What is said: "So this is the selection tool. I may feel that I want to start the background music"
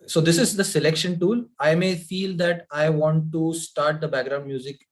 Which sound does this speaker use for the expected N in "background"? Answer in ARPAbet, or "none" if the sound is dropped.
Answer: N